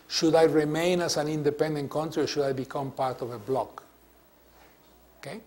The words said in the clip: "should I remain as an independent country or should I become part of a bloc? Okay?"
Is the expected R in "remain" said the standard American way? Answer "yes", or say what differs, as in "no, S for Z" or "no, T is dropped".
yes